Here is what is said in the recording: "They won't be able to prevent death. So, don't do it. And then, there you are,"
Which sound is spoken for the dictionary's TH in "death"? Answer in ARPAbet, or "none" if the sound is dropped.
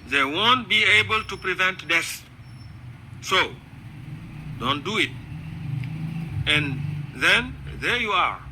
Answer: S